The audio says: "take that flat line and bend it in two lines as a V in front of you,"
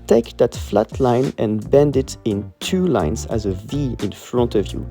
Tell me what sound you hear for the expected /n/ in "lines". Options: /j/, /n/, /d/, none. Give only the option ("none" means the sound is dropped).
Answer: /n/